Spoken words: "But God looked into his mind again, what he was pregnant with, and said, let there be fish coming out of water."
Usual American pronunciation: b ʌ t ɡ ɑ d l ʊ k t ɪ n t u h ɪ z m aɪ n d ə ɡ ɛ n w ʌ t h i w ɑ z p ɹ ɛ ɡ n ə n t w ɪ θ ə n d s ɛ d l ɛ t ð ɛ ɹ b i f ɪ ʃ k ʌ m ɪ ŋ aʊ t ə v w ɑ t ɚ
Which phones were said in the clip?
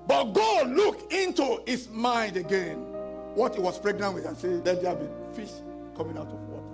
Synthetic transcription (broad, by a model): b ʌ t ɡ ɑ d l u k ɪ n t u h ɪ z m aɪ n d ə ɡ ɛ n w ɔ t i w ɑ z p ɹ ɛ ɡ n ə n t w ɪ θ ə n s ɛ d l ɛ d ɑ b i f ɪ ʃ k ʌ m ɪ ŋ aʊ t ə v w ɑ t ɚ